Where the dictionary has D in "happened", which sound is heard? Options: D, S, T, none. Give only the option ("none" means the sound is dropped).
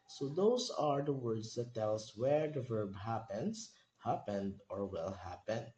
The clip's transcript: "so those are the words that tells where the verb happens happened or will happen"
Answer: D